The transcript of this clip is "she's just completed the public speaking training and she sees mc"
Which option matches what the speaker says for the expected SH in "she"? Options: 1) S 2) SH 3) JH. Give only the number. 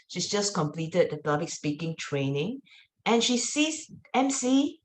2